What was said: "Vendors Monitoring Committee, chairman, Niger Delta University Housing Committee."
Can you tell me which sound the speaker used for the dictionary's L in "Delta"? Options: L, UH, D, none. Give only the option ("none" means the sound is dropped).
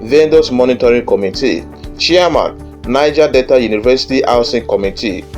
none